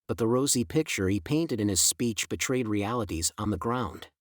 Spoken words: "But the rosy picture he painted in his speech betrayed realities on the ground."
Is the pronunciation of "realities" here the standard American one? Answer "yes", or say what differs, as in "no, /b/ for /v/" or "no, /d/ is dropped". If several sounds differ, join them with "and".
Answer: yes